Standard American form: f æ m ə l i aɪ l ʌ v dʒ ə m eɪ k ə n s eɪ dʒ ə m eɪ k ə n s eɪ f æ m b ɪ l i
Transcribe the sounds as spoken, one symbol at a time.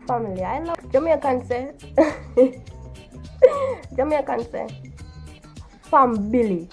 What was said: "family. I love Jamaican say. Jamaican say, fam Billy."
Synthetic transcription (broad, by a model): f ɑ m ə l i aɪ n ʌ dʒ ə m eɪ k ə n s eɪ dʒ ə m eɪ k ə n s eɪ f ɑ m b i l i